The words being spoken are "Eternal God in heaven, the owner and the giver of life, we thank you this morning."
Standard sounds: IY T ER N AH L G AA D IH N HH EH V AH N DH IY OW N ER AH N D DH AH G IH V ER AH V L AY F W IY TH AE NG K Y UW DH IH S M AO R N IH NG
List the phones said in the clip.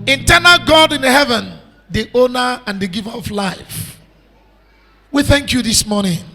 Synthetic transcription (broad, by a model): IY T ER N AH L G AA D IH N HH EH V AH N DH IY OW N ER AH N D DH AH G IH V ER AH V L AY F W IY TH AE NG K Y UW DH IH S M AO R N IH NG